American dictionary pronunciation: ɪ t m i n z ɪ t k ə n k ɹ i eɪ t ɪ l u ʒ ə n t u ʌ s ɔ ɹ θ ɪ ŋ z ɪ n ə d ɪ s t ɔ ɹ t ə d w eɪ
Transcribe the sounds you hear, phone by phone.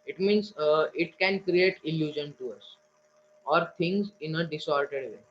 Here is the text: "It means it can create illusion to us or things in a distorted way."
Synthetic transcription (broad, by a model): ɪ t m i n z ɪ t k ə n k ɹ i eɪ t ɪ l u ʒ ə n t u ʌ s ɔ ɹ t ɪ ŋ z ɪ n ə d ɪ s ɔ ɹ t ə d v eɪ